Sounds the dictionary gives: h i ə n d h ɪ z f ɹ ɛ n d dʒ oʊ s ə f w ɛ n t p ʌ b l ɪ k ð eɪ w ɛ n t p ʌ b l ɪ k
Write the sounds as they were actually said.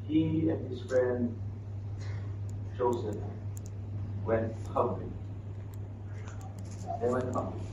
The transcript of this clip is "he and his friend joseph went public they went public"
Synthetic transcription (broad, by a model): h i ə n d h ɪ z f ɹ ɛ n d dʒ oʊ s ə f w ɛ n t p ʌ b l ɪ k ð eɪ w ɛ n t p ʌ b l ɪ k